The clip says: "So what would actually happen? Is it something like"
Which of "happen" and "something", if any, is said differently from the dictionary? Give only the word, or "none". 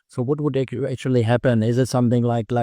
none